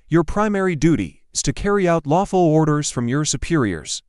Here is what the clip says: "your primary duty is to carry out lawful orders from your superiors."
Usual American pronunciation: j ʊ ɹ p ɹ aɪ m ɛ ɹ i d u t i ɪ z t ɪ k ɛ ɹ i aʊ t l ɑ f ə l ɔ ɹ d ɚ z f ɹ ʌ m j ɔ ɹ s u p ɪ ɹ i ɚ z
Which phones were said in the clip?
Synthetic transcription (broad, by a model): j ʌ ɹ p ɹ aɪ m ɛ ɹ i d u t i ɪ z t ɪ k ɛ ɹ i aʊ t l ɑ f ə l ɔ ɹ d ɚ z f ɹ ʌ m j ɔ ɹ s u p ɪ ɹ i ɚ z